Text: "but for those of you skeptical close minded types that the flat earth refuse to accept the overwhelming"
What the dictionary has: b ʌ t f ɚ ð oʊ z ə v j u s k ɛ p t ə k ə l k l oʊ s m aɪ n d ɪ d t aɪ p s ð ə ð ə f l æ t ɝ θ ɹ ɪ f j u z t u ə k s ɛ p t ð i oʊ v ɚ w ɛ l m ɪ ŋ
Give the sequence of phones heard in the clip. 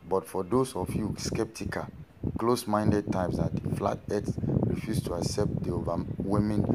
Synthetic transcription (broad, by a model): b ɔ t f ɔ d oʊ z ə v j u s k ɛ p t ə k ə l k l oʊ s m aɪ n d ɪ d t aɪ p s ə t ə f l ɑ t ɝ s ɹ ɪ f j u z t u ə k s ɛ p t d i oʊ v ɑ w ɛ m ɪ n